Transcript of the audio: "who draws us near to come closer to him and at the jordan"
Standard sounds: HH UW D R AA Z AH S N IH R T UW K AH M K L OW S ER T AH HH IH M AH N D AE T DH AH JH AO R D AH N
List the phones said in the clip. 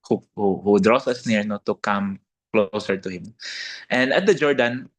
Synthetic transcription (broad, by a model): HH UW D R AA S AH S N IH R T UW K AH M K L OW S ER T AH HH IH M AH N D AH T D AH JH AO R D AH N